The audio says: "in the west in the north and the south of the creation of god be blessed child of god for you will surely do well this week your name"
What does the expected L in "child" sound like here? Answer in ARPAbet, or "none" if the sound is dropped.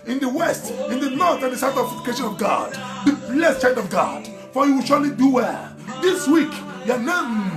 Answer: N